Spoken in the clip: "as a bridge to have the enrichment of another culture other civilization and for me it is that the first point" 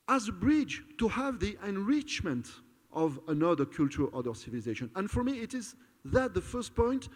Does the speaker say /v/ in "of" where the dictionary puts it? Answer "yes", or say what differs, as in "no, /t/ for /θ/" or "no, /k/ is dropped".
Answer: yes